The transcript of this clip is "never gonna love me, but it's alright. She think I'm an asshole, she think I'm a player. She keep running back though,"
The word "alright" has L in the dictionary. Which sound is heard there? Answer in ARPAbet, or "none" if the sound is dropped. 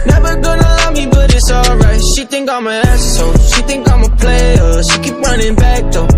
L